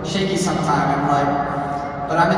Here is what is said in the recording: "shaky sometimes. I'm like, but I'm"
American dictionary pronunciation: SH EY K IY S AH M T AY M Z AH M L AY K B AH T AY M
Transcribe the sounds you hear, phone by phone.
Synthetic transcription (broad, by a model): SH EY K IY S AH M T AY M AH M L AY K B AH T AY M